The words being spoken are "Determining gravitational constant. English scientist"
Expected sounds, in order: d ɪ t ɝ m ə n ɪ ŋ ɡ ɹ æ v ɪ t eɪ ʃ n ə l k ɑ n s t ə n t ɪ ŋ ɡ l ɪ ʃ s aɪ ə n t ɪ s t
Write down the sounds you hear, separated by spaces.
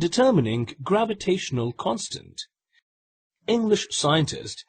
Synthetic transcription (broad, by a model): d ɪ t ɝ m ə n ɪ ŋ ɡ ɹ æ v ɪ t eɪ ʃ n ə l k ɑ n s t ə n t ɪ ŋ ɡ l ɪ ʃ s aɪ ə n t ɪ s t